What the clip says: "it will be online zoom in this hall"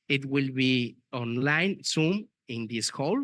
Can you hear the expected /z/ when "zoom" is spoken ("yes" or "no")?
no